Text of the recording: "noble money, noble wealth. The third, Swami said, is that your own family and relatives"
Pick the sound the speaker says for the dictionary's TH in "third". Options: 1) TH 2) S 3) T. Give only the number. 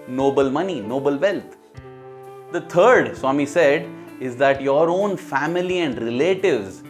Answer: 3